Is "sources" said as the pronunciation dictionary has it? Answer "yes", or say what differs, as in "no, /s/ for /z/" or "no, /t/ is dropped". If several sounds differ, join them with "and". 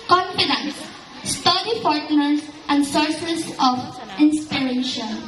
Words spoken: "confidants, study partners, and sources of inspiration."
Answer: no, /s/ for /z/